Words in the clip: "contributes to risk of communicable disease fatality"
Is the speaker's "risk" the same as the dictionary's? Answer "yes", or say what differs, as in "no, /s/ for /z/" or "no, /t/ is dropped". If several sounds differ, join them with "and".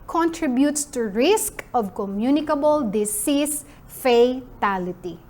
yes